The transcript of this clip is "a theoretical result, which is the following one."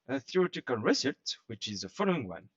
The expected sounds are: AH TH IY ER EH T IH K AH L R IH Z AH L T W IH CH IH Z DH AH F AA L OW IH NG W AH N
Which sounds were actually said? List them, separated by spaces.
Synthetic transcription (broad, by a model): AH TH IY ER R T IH K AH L R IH S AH T W IH CH IH Z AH F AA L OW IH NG W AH N